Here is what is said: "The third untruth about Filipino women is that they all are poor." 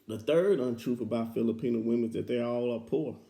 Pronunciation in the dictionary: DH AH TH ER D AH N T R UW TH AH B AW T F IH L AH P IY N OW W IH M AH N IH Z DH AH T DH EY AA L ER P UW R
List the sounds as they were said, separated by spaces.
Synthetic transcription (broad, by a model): DH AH TH ER D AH N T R UW F AH B AW T F IH L AH P IY N OW W IH M AH N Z DH AH T DH EY AA L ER P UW R